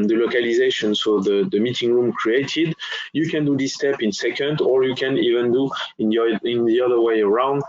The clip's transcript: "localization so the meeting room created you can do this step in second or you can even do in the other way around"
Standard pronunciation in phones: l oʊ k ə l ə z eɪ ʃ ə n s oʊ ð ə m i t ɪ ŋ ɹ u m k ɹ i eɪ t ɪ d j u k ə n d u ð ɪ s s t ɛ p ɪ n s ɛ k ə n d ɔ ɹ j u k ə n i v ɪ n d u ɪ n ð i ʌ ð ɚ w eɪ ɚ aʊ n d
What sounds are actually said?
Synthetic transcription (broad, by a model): l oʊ k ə l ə z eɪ ʃ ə n s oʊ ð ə m i t ɪ ŋ ɹ u m k ɹ i eɪ t ɪ d j u k ə n d u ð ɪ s s t ɛ p ɪ n s ɛ k ə n d ɔ ɹ j u k ə n i v ɪ n d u ɪ n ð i ʌ ð ɚ w eɪ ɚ aʊ n d